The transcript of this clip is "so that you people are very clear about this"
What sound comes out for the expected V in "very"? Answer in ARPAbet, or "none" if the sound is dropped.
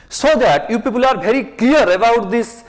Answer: B